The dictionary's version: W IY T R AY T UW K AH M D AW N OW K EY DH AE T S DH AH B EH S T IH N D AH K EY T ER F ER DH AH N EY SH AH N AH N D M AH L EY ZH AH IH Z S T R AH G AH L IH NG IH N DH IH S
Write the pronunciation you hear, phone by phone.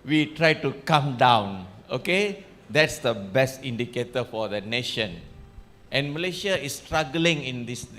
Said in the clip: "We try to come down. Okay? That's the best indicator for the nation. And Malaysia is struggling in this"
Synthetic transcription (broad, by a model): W IY T R AY T UW K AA M D AW N OW K EY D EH T S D AH B EH S T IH N D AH K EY T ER F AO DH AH N EY SH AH N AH N M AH L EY SH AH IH S T R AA G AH L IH NG IH N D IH S